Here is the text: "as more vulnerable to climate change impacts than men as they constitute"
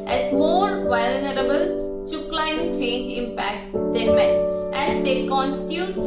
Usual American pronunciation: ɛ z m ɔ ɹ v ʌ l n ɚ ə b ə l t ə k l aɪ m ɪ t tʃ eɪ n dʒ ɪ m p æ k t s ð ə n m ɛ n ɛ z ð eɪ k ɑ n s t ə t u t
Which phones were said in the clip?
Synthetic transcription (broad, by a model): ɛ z m ɔ ɹ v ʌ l n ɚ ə b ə l s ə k l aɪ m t tʃ eɪ n dʒ ɪ m p æ k t s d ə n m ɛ ɛ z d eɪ k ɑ n s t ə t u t